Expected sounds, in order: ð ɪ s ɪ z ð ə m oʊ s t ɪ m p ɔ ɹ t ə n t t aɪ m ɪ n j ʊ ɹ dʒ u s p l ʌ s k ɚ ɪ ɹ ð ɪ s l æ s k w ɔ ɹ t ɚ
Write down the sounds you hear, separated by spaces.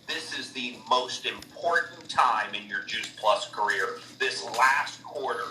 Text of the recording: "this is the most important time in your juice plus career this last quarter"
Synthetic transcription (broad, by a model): ð ɪ s ɪ z ð ə m oʊ s t ɪ m p ɔ ɹ t n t t aɪ m ɪ n j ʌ ɹ dʒ u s p l ʌ s k ɚ ɪ ɹ ð ɪ s l æ s k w ɔ ɹ t ɚ